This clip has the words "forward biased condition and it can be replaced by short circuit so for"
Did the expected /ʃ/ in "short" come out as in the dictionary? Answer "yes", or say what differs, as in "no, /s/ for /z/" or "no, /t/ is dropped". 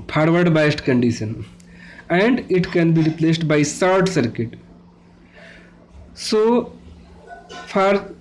no, /s/ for /ʃ/